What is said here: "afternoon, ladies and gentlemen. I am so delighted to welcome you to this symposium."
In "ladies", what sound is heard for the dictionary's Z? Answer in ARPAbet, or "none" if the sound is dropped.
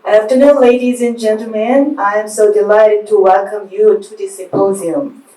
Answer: Z